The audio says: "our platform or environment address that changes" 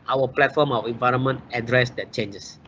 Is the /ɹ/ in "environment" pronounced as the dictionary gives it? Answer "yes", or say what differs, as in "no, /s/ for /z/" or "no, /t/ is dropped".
yes